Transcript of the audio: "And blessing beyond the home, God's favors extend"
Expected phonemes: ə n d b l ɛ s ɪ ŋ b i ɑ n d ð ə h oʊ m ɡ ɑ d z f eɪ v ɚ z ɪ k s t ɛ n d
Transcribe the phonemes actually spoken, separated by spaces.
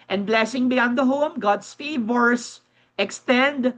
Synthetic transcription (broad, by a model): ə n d b l ɛ s ɪ ŋ b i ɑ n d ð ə h oʊ m ɡ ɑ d s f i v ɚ s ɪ k s t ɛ n d